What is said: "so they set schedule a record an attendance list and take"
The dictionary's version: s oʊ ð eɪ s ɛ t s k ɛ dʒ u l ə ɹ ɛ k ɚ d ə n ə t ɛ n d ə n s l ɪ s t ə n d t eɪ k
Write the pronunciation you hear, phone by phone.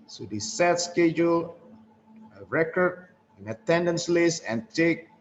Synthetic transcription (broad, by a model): s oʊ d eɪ s ɛ t s k ɛ dʒ u l ə ɹ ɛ k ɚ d ə n ə t ɛ n d ə n s l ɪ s ə n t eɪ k